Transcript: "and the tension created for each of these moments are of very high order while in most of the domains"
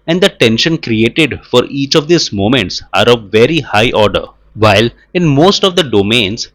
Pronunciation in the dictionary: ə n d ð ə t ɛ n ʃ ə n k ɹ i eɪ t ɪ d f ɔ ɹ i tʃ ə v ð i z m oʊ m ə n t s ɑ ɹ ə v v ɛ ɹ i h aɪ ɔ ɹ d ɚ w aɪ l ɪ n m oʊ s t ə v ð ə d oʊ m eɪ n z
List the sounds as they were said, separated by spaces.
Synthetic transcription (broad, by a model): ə n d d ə t ɛ n ʃ ə n k ɹ i eɪ t ɪ d f ɔ ɹ i tʃ ə v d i s m oʊ m ə n t s ɑ ɹ ə v v ɛ ɹ i h aɪ ɔ ɹ d ɚ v aɪ l ɪ n m oʊ s t ə v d ə d oʊ m eɪ n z